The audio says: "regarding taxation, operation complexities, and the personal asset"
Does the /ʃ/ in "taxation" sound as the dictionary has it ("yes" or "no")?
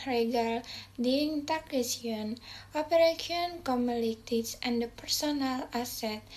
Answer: no